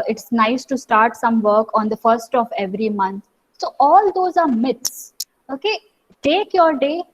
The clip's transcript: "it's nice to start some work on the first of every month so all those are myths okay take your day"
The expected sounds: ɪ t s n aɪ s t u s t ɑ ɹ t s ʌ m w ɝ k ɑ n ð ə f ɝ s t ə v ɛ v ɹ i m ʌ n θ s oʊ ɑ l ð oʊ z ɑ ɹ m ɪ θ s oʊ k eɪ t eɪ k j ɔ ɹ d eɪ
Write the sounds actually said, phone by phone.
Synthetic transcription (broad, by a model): ɪ t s n aɪ s t u s t ɑ ɹ t s ʌ m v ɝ k ɑ n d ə f ɝ s t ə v ɛ v ɹ i m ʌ n t s oʊ ɑ l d oʊ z ɑ ɹ m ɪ t s oʊ k eɪ t eɪ k j ɔ ɹ d eɪ